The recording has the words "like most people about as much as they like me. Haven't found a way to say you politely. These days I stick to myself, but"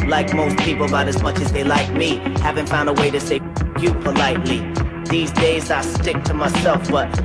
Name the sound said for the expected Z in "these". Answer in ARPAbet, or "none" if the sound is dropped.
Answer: Z